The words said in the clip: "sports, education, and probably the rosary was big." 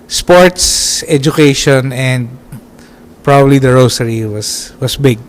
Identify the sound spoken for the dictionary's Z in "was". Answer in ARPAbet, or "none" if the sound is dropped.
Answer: S